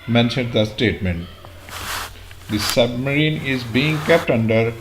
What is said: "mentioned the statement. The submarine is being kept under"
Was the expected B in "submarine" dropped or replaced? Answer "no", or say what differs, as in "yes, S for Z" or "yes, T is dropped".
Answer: no